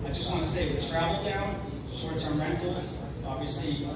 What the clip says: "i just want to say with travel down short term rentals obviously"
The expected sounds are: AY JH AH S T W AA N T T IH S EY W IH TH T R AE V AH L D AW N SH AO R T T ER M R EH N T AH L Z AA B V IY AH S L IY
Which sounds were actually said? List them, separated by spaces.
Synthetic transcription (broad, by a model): AY JH AH S T W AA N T T IH S EY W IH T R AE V L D AW N S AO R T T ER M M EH N T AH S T AA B V IY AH S L IY